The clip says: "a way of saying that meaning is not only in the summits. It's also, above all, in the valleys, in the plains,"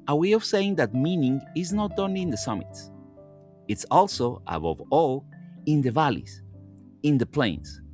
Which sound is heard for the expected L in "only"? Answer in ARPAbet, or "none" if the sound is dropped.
none